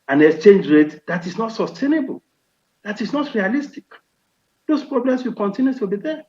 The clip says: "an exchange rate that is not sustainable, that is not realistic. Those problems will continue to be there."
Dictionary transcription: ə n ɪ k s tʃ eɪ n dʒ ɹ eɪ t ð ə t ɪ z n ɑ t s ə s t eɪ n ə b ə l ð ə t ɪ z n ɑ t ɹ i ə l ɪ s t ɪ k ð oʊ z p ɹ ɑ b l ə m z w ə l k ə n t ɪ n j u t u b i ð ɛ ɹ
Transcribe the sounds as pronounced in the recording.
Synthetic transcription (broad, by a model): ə n ɪ k s tʃ eɪ n dʒ ɹ eɪ t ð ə t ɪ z n ɑ t s ə s t eɪ n ə b ə l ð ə t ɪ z n ɑ t ɹ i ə l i s t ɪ k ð oʊ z p ɹ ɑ b l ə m s w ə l k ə n t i n j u t u b i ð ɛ